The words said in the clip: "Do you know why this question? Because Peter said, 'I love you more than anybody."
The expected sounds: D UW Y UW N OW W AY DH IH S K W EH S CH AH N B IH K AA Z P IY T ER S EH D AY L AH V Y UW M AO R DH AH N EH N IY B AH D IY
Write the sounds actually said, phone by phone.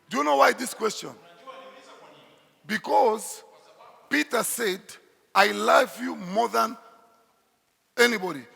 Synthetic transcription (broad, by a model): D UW Y UW N OW W AY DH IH S K W EH S CH AH N B IH K AA Z P IY T ER S EH D AY L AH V Y UW M AO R DH AH N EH N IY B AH D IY